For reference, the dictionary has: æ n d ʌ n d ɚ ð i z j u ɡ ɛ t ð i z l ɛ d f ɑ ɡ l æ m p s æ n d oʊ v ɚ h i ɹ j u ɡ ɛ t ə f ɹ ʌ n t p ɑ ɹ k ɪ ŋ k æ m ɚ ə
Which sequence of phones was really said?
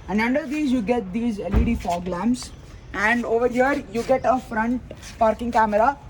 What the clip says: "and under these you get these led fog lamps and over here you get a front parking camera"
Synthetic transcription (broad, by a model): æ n d ʌ n d ɚ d i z j u ɡ ɛ t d i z l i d f ɑ ɡ l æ m s æ n d oʊ v ɚ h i ɹ j u ɡ ɛ t ə f ɹ ʌ n t p ɑ ɹ k ɪ ŋ k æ m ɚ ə